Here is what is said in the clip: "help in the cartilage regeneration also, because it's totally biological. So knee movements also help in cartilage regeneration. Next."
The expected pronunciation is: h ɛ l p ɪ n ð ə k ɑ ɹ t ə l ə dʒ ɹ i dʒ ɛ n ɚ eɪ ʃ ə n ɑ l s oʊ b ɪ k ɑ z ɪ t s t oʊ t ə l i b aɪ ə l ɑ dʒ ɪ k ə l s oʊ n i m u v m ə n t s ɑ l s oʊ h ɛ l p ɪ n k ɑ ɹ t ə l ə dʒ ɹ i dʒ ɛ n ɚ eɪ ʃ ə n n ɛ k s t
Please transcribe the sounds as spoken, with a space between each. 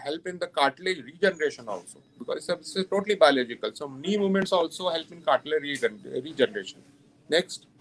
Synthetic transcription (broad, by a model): h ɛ l p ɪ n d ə k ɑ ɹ t l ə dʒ ɹ i dʒ ɛ n ɚ eɪ ʃ ə n ɑ l s oʊ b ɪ k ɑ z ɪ s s t oʊ t ə l i b aɪ ə l ɑ dʒ ɪ k ə l s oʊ n i m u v m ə n t s ɑ l s oʊ h ɛ l p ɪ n k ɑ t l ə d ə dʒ ɹ i dʒ ɛ n ɚ eɪ ʃ ə n n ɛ k s t